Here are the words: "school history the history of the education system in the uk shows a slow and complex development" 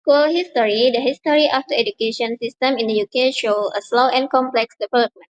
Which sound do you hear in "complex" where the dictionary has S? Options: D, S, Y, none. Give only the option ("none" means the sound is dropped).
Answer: S